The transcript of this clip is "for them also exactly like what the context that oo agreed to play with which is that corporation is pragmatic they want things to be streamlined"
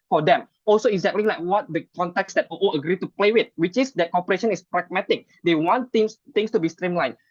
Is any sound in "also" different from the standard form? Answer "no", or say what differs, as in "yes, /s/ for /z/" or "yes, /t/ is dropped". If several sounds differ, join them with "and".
no